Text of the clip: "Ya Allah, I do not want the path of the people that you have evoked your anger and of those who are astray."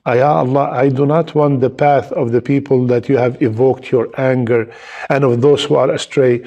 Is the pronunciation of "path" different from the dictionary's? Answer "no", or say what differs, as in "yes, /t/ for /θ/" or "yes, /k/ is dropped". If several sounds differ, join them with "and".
no